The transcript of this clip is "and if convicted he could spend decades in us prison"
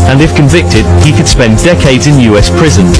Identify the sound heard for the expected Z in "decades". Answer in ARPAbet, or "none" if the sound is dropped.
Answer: Z